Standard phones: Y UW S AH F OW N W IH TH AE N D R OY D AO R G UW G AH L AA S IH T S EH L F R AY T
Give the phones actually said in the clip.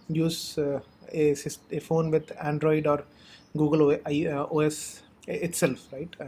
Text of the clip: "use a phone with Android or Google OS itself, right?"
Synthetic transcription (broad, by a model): Y UW S AH F OW N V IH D AE N D R OY D AO R G UW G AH L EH S IH T S EH L F R AY T